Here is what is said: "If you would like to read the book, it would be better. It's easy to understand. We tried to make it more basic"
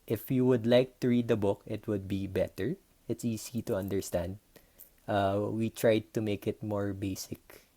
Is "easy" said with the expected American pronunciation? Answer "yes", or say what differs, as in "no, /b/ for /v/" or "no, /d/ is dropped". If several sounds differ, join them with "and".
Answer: no, /s/ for /z/